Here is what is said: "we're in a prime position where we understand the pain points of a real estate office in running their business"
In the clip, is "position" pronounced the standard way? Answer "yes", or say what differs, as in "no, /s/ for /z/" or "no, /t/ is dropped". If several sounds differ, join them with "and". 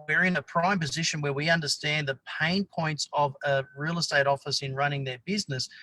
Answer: yes